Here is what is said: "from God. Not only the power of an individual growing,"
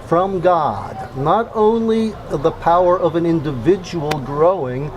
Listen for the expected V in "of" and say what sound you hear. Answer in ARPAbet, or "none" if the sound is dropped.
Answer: V